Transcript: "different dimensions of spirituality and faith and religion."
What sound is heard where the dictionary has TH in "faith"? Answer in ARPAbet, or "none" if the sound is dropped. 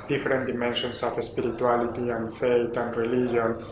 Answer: T